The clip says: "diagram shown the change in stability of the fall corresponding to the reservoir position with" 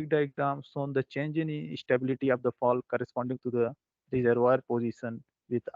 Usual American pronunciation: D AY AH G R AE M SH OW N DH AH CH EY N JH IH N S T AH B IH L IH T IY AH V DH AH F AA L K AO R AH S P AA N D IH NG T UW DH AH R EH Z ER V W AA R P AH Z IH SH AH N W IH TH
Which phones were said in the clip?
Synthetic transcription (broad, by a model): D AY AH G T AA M S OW N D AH CH EY N JH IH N S T AH B IH L IH T IY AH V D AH F AA L K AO R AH S P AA N D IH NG T UW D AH R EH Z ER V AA R P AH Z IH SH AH N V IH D